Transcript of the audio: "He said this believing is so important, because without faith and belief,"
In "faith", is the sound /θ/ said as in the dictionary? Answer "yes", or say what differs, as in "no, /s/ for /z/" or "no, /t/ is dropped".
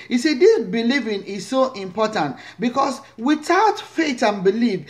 no, /t/ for /θ/